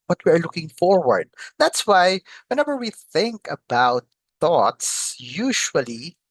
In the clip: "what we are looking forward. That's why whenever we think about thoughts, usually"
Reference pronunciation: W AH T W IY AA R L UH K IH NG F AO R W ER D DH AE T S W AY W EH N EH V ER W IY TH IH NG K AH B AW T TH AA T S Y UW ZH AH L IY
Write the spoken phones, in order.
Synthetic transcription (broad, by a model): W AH T W IY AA R L UH K IH NG F AO R W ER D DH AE T S W AY W EH N EH V ER W IY TH IH NG K AH B AW T TH AA T S Y UW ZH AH L IY